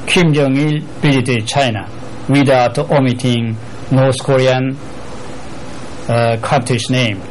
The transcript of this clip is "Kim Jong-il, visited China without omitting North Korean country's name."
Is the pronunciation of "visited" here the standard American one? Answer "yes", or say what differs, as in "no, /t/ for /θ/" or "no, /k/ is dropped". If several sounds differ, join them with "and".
no, /b/ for /v/